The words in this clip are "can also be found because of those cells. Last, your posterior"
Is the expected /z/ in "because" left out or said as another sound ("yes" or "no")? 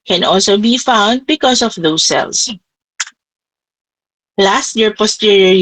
yes